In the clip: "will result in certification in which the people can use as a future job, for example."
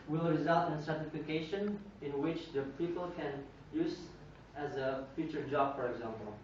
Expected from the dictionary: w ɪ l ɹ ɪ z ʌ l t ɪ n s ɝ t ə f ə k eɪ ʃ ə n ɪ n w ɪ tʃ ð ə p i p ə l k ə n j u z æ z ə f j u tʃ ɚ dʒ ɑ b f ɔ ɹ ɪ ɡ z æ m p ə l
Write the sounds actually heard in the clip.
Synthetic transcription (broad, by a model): w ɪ l ɹ ɪ z ʌ l t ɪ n s ɝ t ə f ə k eɪ ʃ ə n ɪ n w ɪ tʃ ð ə p i p ə l k ə n j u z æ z ə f j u tʃ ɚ dʒ ɑ b f ɔ ɹ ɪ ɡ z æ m p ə l